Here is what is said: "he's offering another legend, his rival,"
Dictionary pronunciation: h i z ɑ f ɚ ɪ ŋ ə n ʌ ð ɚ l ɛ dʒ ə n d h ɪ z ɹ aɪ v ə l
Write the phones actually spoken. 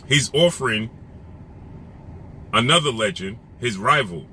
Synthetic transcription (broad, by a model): h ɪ z ɑ f ɚ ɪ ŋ ə n ʌ ð ɚ l ɛ dʒ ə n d h ɪ z ɹ aɪ v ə l